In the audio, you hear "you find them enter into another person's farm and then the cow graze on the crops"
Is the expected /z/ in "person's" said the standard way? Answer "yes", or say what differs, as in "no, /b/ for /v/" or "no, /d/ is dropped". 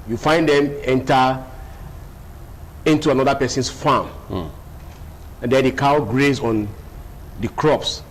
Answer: no, /s/ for /z/